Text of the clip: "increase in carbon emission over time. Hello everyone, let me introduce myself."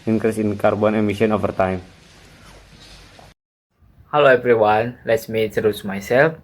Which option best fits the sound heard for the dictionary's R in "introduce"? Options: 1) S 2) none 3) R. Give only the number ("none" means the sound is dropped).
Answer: 2